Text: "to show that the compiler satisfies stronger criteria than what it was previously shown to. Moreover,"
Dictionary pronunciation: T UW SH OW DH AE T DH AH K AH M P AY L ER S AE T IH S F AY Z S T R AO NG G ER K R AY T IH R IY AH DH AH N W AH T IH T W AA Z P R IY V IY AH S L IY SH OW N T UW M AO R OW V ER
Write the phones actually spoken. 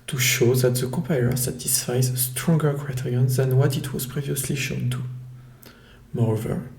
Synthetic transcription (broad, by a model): T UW SH OW DH AE T DH AH K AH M P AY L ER S AE T IH S F AY Z S T R AO NG G ER K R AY T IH R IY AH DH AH N W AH T IH T W AA Z P R IY V IY AH S L IY SH OW N T UW M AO R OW V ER